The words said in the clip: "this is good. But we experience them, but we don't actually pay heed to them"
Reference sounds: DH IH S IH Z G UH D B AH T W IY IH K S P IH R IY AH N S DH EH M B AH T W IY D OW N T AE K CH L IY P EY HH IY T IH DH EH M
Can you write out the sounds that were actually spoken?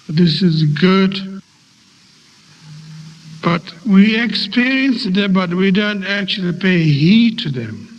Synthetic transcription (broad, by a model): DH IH S IH Z G UH D B AH T W IY IH K S P IH R IY AH N S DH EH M B AH T W IY D OW N T AE K CH L IY P EY HH IY T IH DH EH M